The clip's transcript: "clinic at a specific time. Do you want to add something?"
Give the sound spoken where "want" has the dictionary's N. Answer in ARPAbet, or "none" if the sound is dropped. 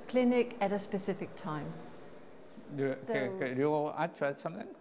none